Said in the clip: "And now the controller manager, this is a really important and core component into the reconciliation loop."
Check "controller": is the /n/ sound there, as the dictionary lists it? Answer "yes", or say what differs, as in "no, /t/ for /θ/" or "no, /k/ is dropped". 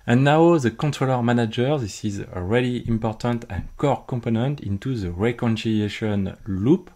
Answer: yes